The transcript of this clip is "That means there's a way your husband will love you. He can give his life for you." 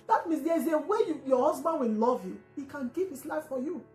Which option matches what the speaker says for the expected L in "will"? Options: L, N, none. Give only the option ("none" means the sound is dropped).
N